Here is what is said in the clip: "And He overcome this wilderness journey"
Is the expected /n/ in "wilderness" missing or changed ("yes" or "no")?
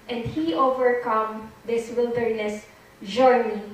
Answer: no